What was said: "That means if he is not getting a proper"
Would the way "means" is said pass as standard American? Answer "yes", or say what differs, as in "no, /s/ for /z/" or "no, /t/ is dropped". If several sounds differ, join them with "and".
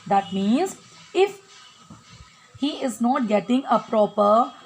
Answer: yes